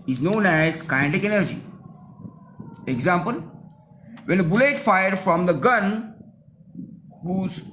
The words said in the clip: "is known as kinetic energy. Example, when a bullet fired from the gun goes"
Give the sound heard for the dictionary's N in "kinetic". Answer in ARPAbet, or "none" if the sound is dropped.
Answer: none